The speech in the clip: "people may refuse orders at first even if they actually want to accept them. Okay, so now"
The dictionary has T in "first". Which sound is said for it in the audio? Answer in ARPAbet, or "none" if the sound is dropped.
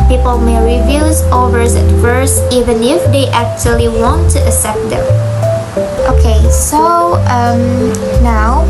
none